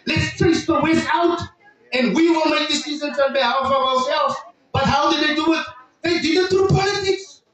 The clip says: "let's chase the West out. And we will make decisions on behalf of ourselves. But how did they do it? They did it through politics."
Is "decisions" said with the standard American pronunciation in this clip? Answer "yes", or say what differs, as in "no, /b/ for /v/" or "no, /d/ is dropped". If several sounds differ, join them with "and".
no, /z/ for /ʒ/